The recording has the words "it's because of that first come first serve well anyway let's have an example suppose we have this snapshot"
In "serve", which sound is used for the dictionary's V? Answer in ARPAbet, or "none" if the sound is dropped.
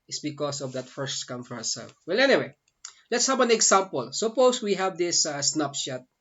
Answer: F